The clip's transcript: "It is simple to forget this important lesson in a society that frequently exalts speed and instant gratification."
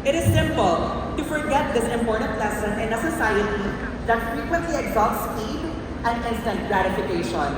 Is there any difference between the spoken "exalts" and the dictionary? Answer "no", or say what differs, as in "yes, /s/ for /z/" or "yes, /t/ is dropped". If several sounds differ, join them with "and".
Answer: yes, /l/ is dropped